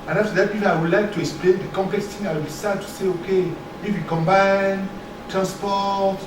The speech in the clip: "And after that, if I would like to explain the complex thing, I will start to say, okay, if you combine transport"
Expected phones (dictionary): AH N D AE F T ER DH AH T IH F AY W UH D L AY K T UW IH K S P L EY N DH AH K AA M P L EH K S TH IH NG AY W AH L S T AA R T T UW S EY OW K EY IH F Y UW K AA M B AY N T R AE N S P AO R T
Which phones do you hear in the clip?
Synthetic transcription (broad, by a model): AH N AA F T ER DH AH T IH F AY W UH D L AY K T UW IH K S P L EY N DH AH K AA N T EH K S T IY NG AY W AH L S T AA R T T UW S EY OW K EY IH F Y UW K AA M B AY N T R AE N S P AO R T